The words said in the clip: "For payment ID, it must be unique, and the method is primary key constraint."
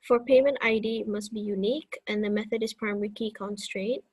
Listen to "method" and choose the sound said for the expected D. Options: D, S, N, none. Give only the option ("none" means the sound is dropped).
D